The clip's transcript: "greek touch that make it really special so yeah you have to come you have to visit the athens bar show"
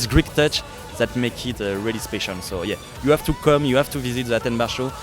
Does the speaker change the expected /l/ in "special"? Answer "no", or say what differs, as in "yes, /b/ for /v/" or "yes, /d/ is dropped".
yes, /n/ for /l/